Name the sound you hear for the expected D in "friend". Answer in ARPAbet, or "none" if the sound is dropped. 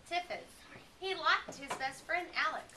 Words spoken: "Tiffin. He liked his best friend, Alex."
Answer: D